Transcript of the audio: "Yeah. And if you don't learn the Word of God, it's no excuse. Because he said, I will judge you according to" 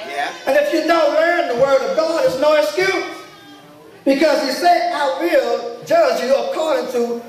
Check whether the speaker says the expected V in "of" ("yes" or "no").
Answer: yes